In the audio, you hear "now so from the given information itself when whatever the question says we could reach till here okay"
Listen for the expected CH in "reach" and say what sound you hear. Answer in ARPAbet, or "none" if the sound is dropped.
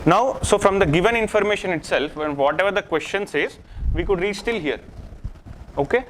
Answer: S